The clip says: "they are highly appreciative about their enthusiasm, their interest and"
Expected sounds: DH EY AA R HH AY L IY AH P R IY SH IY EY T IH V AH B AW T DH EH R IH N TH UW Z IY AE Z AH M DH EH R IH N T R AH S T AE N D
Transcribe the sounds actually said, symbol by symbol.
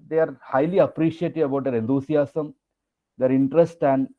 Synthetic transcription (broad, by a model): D EY AA R HH AY L IY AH P R IY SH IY EY T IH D AH B AW T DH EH R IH N T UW S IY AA S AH M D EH R IH N T R AH S T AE N D